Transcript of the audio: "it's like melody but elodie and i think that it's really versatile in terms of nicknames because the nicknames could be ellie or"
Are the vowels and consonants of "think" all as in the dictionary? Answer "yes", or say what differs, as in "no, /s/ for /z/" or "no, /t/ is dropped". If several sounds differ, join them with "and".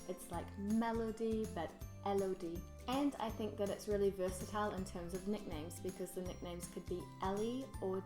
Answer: yes